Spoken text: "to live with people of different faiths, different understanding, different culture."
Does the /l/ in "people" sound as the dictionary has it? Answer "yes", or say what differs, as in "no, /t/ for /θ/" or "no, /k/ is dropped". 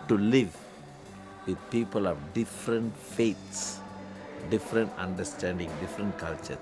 yes